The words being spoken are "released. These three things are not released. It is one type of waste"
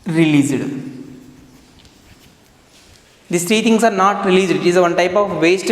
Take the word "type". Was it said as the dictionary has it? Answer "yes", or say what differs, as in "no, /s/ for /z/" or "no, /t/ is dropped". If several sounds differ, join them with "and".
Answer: yes